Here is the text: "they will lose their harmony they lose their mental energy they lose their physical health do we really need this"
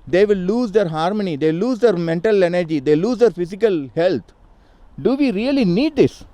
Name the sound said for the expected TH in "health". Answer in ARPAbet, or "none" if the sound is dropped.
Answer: T